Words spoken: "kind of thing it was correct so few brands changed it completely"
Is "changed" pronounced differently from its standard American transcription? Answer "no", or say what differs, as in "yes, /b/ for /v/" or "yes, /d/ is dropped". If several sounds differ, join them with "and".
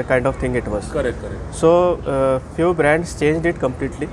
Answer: no